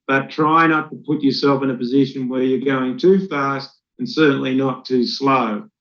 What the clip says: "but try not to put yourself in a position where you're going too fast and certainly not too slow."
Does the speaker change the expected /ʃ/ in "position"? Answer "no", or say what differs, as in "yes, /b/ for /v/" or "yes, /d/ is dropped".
no